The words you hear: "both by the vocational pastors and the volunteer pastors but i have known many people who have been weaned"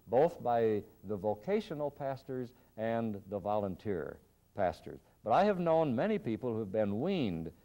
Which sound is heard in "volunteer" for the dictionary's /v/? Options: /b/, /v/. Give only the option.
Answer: /v/